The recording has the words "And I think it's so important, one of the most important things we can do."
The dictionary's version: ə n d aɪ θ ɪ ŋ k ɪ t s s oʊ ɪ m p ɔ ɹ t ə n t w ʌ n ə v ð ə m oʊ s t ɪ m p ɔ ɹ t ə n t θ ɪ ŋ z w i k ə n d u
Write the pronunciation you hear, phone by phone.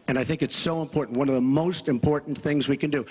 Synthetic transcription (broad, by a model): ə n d aɪ θ ɪ ŋ k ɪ t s s oʊ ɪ m p ɔ ɹ t n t w ʌ n ə v ð ə m oʊ s t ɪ m p ɔ ɹ t n θ ɪ ŋ z w i k ə n d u